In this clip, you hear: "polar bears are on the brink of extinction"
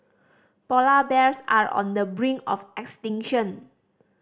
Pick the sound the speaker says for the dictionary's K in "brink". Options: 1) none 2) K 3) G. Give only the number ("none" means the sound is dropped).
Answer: 1